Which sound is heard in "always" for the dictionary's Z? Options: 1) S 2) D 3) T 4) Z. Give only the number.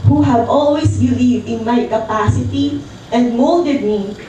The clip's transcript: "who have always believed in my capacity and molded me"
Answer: 1